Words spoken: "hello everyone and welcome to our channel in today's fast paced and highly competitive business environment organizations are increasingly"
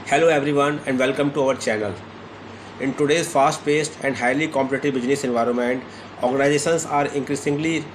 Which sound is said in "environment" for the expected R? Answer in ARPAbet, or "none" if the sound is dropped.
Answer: R